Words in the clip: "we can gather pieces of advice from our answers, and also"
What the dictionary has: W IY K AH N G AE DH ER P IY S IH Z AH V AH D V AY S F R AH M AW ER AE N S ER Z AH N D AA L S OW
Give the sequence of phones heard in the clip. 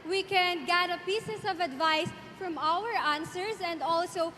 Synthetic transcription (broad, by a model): W IY K AH N G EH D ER P IY S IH S AH V AH D V AY S F R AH M AW ER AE N S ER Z AH N D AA L S OW